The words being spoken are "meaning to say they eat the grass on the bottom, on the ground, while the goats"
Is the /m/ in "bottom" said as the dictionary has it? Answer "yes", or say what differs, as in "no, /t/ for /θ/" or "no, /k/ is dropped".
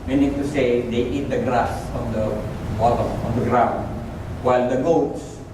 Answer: no, /m/ is dropped